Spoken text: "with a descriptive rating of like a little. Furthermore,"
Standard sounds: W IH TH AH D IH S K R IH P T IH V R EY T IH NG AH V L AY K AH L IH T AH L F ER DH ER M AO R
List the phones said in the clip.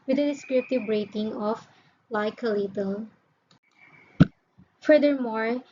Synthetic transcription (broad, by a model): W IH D AH D IH S K R IH P T IH V R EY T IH NG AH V L AY K AH L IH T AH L F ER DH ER M AO R